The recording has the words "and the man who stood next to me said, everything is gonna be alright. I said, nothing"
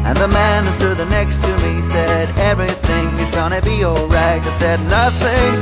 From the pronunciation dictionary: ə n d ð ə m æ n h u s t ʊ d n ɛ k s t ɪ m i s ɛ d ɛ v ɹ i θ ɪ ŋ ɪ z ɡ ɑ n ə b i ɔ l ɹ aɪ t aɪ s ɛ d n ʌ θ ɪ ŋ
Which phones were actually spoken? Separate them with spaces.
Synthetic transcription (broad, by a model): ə n ð ə m æ n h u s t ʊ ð n ɛ k s t ɪ m i s ɛ d ɛ v ɹ i θ ɪ ŋ ɪ z ɡ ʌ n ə b i ɔ l ɹ aɪ t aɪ s ɛ d n ʌ θ ɪ ŋ